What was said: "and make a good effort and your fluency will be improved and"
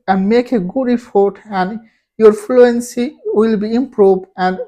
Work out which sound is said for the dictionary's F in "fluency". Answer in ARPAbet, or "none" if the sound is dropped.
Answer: F